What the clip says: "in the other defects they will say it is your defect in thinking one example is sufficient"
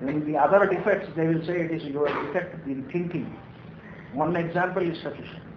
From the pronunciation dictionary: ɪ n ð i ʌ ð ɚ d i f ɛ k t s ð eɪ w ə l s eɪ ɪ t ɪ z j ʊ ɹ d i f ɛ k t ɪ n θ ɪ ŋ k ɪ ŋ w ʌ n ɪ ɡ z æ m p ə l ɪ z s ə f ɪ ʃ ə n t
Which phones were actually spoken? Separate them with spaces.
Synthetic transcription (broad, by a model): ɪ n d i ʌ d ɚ d i f ɛ k t s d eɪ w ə l s eɪ ɪ t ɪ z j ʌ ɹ d i f ɛ k t ɪ n t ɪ ŋ k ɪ ŋ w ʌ n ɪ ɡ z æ m p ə l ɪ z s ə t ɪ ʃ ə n